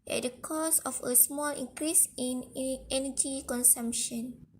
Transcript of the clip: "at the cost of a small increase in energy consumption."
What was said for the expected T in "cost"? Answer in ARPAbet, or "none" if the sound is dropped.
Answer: none